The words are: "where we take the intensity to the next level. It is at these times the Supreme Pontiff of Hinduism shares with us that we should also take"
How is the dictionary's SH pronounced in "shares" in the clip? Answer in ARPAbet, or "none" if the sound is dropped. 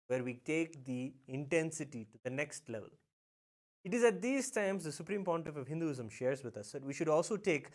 SH